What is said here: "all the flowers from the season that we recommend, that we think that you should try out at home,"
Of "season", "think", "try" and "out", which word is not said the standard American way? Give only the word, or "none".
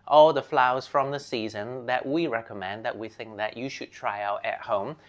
none